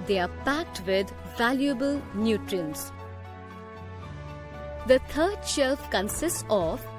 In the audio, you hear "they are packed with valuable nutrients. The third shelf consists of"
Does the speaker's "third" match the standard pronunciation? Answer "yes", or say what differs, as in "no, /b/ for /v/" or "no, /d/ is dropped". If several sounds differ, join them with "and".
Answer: no, /t/ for /θ/